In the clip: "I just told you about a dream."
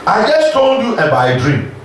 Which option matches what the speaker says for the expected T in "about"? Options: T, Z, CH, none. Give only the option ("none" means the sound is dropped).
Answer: none